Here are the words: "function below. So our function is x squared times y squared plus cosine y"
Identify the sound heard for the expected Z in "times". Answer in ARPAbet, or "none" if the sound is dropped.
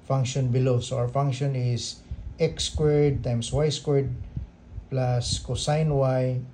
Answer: S